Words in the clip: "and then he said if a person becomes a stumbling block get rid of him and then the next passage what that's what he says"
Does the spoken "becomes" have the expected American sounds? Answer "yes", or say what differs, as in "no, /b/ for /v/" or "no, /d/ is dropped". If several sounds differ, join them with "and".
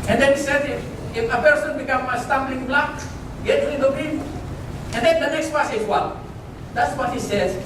no, /z/ is dropped